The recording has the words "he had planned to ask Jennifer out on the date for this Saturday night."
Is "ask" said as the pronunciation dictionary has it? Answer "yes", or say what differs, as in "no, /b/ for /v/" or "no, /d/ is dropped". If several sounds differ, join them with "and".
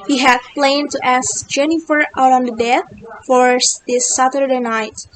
yes